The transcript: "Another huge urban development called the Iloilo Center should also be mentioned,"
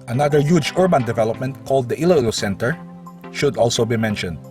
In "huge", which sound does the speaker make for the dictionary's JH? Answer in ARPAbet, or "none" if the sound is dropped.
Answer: JH